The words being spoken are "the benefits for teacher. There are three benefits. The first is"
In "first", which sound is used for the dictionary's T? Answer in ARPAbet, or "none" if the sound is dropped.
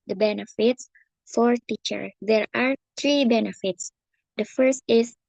T